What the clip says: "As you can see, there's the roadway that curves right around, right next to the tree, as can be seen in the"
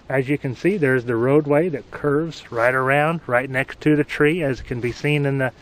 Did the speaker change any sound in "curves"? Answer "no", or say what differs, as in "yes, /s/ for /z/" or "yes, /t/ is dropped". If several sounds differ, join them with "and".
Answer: no